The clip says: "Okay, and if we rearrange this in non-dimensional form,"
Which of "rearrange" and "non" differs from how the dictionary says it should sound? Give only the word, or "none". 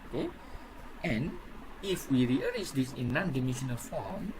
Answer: rearrange